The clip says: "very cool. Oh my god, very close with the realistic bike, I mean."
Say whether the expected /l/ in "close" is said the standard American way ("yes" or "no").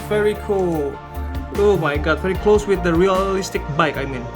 yes